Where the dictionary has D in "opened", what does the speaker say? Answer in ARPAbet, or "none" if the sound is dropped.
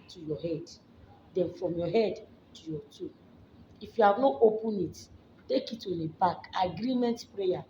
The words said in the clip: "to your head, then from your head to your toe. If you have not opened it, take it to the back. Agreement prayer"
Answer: none